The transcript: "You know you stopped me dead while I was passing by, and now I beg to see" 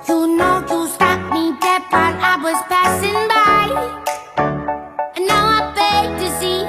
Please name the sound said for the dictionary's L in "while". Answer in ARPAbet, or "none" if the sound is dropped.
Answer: N